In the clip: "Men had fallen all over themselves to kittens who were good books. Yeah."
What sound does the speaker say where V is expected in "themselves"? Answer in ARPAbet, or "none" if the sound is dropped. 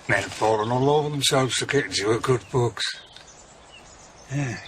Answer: V